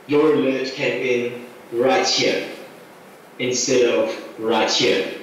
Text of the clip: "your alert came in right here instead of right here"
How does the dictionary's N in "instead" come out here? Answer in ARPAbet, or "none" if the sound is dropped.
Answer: N